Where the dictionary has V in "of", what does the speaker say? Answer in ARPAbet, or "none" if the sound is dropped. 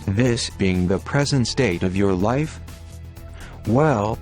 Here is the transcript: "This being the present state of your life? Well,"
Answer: V